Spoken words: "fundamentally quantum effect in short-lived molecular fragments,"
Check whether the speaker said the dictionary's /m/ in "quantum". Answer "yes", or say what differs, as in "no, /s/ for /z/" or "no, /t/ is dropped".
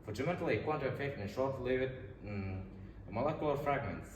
no, /m/ is dropped